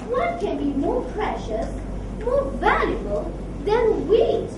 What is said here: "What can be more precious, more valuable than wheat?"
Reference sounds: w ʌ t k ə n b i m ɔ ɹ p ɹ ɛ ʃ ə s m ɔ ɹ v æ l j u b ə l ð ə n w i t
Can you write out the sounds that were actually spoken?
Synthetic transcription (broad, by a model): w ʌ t k ə n b i m ɔ ɹ p ɹ ɛ ʃ ə s m ɔ ɹ v æ l j u b ə l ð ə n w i